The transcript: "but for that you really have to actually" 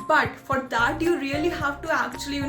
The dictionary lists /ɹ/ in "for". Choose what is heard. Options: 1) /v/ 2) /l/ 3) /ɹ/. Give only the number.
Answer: 3